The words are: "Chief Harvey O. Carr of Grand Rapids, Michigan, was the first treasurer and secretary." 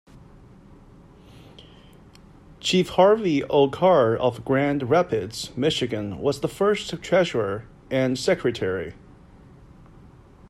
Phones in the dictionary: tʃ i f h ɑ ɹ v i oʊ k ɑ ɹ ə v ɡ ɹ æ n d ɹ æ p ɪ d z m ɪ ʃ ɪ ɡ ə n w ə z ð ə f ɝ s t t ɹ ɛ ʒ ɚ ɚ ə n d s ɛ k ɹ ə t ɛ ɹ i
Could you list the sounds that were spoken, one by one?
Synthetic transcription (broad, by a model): tʃ i f h ɑ ɹ v i oʊ k ɑ ɹ ə v ɡ ɹ æ n d ɹ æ p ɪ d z m ɪ ʃ ɪ ɡ ə n w ə z ð ə f ɝ s t t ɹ ɛ ʒ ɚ ɚ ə n s ɛ k ɹ ə t ɛ ɹ i